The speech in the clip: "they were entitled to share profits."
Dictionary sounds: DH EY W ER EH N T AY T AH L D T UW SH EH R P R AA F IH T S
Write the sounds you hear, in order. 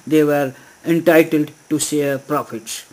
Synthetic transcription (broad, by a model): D EY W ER EH N T AY T AH L D T UW S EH P R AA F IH T S